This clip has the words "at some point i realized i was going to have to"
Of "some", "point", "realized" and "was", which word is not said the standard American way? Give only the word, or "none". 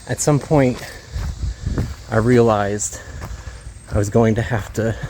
none